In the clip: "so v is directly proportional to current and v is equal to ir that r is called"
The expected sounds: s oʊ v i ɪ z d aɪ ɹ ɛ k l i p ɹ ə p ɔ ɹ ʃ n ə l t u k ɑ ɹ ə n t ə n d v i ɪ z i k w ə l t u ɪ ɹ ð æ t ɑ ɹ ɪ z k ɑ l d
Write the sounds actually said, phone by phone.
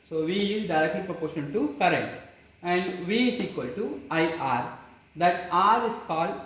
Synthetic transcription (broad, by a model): s oʊ v i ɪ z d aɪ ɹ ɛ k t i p ɹ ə p ɔ ɹ ʃ ə n t u k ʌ ɹ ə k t ə n d v i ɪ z i k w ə l t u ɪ ɹ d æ t ɑ ɹ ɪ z k ɑ l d